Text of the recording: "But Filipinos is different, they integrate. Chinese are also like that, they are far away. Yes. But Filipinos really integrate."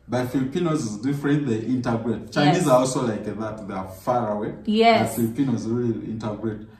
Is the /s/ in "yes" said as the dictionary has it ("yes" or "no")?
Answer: no